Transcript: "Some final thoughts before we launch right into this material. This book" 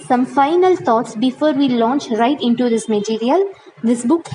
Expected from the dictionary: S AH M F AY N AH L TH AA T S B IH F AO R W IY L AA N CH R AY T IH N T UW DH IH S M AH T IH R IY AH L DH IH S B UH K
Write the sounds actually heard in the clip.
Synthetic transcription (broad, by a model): S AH M F AY N AH L T AA T S B IH F AO R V IY L AA N CH R AY T IH N T UW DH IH S M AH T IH R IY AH L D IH S B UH K